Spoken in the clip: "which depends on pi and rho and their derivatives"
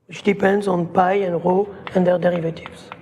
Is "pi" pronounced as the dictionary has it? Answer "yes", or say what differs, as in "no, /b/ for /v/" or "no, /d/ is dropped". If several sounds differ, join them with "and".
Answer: yes